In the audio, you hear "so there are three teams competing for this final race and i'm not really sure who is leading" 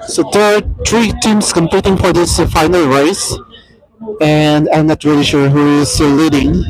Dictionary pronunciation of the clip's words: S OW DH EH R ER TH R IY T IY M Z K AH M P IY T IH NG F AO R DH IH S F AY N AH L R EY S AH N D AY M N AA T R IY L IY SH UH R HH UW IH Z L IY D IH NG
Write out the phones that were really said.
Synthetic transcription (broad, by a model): S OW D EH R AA T R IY T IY M S K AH M P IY T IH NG F AO R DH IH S F AY N AH L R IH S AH N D AY M N AA T R IY L IY SH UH R HH UW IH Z L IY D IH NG